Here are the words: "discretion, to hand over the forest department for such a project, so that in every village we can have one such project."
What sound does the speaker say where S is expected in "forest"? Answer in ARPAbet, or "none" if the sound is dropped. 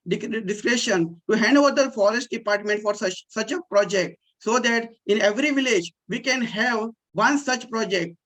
S